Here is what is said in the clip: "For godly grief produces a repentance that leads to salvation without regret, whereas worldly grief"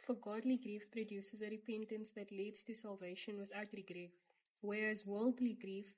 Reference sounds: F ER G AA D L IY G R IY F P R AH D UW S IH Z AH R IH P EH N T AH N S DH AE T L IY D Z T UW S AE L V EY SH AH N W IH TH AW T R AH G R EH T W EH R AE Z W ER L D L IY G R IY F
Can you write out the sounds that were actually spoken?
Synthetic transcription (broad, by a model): F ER G AA D L IY G R IY F P R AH D UW S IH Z AH R IH P EH N T AH N S DH AE T L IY D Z T UW S AE L V EY SH AH N W IH TH AW T R AH G R EH T W EH R AE Z W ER L D L IY G R IY F